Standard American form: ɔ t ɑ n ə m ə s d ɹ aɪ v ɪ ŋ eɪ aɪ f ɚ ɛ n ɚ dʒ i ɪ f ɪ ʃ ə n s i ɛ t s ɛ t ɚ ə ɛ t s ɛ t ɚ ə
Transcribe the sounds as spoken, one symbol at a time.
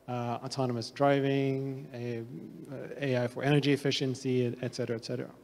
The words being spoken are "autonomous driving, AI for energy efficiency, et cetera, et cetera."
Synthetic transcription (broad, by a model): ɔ t ɑ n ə m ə s d ɹ aɪ v ɪ ŋ eɪ aɪ f ɚ ɛ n ɚ dʒ i ɪ f ɪ ʃ ə n s i ɛ t s ɛ t ɚ ə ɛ t s ɛ t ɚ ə